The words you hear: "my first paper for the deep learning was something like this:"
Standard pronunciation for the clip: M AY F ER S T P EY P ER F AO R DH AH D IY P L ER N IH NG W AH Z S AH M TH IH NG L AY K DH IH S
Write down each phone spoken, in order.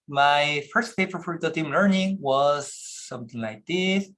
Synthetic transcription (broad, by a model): M AY F ER S T F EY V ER F AO R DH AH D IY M L ER N IH NG W AH Z S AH M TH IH NG L AY K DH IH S